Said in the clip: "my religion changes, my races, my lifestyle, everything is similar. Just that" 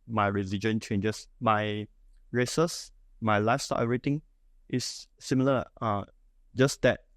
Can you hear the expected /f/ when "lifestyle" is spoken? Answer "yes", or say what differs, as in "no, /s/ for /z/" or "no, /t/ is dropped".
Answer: no, /f/ is dropped